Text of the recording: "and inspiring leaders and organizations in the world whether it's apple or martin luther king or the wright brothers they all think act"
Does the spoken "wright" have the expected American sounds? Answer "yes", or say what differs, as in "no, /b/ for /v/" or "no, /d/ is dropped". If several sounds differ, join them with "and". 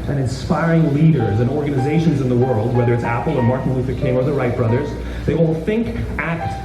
yes